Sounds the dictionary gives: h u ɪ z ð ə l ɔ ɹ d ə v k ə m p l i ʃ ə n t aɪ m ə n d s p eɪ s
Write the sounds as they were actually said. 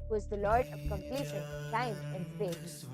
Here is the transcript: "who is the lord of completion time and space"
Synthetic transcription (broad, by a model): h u ɪ z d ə l ɔ ɹ d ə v k ə m p l i ʃ ə n s aɪ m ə n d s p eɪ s